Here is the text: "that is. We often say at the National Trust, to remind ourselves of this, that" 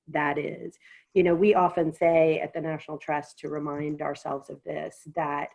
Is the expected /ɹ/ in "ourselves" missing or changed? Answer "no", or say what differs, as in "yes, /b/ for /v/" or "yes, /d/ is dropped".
no